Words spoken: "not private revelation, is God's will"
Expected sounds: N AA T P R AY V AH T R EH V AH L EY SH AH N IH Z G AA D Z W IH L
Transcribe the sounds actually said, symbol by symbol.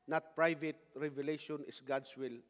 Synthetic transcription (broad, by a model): N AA T P R AY V AH T R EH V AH L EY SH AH N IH S G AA D S W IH L